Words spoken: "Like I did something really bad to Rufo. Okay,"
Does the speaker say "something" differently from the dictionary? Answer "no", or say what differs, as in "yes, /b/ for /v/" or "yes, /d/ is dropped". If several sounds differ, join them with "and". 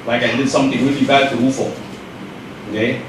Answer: yes, /t/ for /θ/